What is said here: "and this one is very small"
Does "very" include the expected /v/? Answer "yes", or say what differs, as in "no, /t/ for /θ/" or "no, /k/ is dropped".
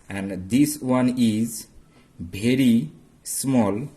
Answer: no, /b/ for /v/